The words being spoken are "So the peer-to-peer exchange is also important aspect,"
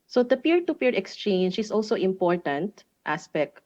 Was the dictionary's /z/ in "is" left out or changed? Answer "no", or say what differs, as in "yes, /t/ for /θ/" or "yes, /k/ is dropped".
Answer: yes, /s/ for /z/